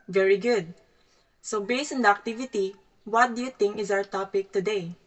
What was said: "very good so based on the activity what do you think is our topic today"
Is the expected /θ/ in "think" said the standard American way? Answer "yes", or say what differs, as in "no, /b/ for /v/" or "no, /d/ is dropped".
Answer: no, /t/ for /θ/